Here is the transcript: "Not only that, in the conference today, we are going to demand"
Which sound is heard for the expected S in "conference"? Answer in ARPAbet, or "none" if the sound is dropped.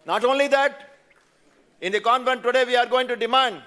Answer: none